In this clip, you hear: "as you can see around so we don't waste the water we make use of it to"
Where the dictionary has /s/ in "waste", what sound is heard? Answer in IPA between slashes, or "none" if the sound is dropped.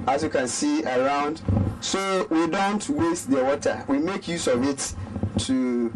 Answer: /s/